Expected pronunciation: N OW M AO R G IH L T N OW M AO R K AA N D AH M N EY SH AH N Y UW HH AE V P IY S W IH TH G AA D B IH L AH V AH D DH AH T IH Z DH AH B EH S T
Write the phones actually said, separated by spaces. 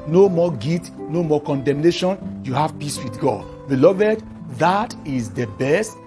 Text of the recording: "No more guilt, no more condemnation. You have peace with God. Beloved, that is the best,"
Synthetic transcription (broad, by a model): N OW M AO G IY T N OW M AO K AA N D AH M N EY SH AH N Y UW HH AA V P IY S W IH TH G AA D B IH L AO V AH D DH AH T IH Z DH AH B EH S T